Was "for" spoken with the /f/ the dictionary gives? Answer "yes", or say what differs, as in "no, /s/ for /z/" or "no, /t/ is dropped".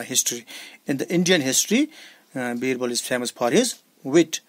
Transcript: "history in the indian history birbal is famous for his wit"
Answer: no, /p/ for /f/